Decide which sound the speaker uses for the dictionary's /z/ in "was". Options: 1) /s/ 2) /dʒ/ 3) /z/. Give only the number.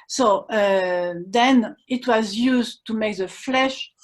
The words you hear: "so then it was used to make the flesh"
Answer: 3